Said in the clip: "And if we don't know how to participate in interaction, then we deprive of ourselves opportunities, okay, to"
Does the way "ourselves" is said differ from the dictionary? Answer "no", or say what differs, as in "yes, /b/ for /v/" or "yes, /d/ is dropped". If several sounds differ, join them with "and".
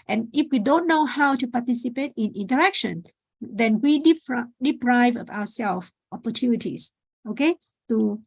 yes, /w/ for /ɹ/